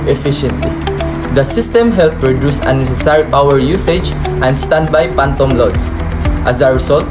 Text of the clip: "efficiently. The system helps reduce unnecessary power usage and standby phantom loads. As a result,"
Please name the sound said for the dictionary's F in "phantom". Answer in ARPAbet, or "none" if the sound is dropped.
P